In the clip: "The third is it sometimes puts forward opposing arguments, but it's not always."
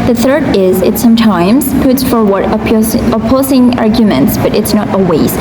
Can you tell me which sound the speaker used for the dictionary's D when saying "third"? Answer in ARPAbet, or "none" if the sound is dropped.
D